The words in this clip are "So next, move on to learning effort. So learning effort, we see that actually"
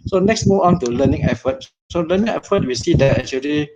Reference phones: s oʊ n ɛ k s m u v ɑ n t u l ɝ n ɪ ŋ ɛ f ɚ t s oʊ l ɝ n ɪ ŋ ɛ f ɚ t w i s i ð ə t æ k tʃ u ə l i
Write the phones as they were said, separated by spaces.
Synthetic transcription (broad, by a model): s oʊ n ɛ k s m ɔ ɑ n t u l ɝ n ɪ ŋ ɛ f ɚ t s oʊ l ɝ n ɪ ŋ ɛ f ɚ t w i s i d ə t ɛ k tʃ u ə l i